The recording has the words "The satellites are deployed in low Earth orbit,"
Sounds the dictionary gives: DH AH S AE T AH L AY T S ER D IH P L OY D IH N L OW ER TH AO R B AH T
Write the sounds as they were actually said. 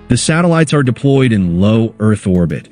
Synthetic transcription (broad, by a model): DH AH S AE T AH L AY T S ER D IH P L OY D IH N L OW ER TH AO R B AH T